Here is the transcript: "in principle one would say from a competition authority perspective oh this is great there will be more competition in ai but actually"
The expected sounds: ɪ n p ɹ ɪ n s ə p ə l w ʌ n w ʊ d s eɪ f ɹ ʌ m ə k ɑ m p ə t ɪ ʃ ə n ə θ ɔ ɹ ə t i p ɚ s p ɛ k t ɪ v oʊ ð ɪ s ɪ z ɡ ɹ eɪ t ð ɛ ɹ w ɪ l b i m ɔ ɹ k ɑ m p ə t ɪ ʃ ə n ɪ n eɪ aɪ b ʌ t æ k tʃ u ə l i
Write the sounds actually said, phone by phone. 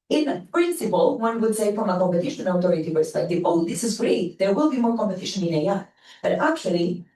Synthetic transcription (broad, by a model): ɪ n p ɹ ɪ n s ə p ə l w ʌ n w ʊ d s eɪ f ɹ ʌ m ə k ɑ m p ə t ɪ ʃ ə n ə t ɔ ɹ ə t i p ɚ s p ɛ k t ɪ v oʊ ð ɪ s ɪ z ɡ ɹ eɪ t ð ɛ ɹ w ɪ l b i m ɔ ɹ k ɑ m p ə t ɪ ʃ ə n ɪ n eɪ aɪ b ʌ t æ k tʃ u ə l i